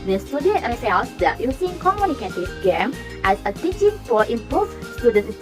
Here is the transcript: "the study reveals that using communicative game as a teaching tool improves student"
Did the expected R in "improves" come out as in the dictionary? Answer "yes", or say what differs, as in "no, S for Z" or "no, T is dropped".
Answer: no, R is dropped